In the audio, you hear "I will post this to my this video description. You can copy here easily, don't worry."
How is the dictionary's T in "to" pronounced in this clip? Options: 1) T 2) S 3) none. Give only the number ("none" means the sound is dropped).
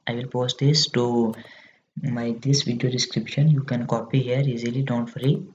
1